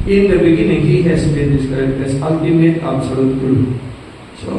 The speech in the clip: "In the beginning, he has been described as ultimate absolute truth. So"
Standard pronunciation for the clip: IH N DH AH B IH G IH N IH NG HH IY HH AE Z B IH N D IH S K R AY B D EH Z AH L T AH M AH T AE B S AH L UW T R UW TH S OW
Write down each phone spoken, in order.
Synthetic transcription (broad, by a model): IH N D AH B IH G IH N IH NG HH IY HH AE S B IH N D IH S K AY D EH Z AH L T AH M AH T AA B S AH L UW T UW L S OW